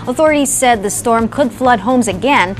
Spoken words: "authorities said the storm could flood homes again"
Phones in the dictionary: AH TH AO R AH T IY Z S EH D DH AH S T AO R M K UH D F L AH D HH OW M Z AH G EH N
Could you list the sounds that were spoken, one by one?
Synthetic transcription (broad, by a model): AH TH AO R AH T IY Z S EH D DH AH S T AO R M K UH D F L AH D HH OW M Z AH G EH N